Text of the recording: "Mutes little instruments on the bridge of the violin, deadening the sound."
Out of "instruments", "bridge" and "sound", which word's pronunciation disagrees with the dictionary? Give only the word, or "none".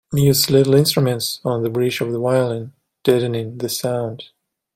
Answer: bridge